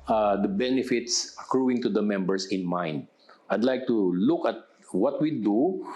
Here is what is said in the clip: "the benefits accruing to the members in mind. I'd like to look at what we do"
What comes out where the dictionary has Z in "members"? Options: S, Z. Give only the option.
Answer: S